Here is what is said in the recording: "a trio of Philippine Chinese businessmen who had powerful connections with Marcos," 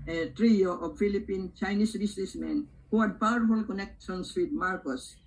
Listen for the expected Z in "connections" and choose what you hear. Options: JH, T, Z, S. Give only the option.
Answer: S